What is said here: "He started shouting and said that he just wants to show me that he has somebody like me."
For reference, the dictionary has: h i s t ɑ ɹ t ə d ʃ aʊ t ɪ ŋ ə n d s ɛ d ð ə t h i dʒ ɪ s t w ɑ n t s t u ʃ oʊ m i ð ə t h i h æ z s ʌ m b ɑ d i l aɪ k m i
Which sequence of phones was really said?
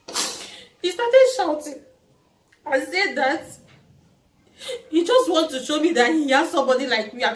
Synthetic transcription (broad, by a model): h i s t ɑ t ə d ʃ aʊ t ɪ ŋ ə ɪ s ɛ d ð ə t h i dʒ ɪ s t w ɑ n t t u ʃ oʊ m i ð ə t h i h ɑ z s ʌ m b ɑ d i l aɪ k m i